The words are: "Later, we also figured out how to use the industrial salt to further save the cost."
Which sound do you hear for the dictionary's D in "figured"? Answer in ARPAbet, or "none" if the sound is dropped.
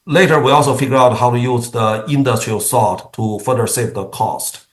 none